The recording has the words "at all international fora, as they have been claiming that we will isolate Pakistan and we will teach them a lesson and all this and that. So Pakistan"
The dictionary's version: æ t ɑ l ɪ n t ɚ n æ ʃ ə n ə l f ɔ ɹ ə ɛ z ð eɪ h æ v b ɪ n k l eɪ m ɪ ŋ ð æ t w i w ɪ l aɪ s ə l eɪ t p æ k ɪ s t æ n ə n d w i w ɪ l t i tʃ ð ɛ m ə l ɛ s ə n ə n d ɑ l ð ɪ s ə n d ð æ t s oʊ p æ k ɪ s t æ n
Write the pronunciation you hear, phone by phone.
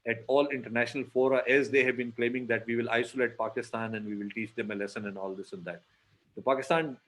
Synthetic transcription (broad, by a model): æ t ɑ l ɪ n t ɚ n æ ʃ ə n ə l f ɔ ɹ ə ɛ z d eɪ h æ v b ɪ n k l eɪ m ɪ ŋ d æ t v i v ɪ l aɪ s ə l eɪ t p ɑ k ɪ s t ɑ n ə n d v i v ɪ l t i tʃ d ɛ m ə l ɛ s ə n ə n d ɑ l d ɪ s ə n d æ t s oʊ p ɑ k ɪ s t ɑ n